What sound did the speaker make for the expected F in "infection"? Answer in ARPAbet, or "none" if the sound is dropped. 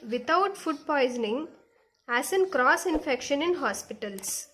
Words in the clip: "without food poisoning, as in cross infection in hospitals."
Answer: F